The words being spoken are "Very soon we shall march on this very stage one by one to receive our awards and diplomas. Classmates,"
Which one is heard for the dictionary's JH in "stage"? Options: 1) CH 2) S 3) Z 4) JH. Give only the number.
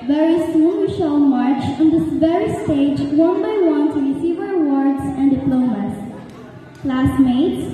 4